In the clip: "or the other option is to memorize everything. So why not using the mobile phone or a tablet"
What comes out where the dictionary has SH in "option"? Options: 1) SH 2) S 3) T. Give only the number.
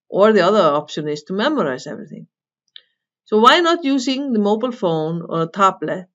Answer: 1